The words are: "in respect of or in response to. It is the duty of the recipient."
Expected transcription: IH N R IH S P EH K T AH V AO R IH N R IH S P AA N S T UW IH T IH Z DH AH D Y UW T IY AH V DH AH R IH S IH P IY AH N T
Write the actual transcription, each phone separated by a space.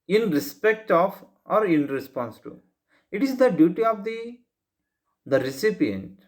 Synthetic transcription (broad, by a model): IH N R IH S P EH K T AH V AO R IH N R IH S P AA N S T UW IH T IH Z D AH D Y UW T IY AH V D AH R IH S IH P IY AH N T